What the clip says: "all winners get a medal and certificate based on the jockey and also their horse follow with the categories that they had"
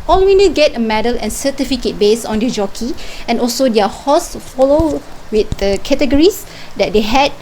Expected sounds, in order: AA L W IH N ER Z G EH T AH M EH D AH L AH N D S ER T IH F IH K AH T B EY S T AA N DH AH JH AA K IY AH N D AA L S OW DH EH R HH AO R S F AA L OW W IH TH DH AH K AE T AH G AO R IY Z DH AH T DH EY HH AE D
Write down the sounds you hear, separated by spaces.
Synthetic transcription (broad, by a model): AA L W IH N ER G EH T AH M EH D AH L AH N S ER T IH F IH K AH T B EY S AA N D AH JH AA K IY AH N AA L S OW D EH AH HH AO S F AA L OW W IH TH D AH K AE T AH G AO R IY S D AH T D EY HH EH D